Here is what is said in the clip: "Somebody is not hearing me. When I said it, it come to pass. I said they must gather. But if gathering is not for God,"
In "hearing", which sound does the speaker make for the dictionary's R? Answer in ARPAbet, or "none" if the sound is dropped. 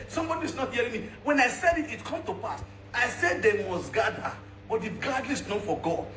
R